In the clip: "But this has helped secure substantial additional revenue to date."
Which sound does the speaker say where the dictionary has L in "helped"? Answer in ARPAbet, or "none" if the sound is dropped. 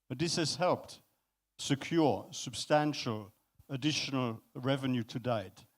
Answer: L